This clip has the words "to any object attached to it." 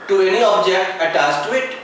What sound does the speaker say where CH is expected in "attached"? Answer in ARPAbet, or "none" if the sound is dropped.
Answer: S